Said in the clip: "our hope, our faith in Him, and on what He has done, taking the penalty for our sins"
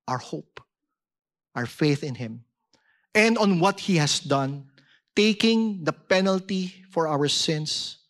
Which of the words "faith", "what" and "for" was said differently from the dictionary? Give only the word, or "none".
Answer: none